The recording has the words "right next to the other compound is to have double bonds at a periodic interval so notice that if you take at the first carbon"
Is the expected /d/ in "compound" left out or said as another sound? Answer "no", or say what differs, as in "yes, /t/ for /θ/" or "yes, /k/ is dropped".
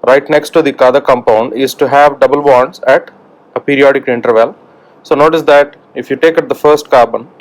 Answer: no